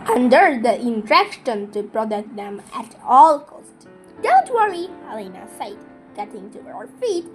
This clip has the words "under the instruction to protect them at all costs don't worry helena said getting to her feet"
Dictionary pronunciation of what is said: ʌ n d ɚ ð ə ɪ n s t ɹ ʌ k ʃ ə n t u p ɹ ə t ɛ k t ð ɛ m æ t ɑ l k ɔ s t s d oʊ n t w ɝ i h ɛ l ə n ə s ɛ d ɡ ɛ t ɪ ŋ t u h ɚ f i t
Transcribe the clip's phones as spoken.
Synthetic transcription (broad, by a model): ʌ n d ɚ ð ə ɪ n t ɹ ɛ k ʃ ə n t u p ɹ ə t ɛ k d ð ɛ m æ t ɑ l k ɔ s t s d oʊ n t w ɝ i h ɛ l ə n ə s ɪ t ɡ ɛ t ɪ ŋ t u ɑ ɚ f i t